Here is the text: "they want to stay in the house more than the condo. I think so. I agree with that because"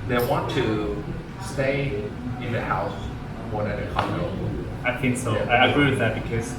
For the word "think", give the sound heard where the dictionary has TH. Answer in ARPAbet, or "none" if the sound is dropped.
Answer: TH